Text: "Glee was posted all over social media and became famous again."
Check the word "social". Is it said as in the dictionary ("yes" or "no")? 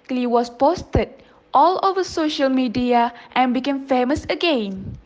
yes